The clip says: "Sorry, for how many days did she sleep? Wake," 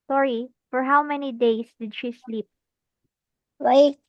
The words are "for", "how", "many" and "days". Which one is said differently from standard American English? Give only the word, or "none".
days